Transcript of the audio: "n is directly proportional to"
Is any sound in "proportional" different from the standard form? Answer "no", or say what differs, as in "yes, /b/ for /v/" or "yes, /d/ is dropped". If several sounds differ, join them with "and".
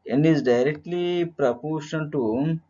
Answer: yes, /n/ is dropped and /n/ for /l/